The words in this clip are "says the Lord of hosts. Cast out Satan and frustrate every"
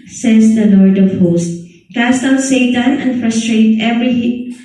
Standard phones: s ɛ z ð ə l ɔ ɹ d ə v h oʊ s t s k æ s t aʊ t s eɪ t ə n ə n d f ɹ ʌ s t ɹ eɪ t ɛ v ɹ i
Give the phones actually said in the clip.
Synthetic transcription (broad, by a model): s ɛ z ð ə l ɔ ɹ d ə v h oʊ s t k æ s t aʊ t s eɪ t ə n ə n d f ɹ ʌ s t ɹ eɪ t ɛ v ɹ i